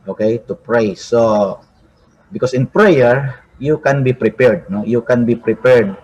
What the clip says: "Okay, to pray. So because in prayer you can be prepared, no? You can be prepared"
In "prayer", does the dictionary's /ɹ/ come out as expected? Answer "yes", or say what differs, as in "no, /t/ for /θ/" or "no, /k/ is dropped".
yes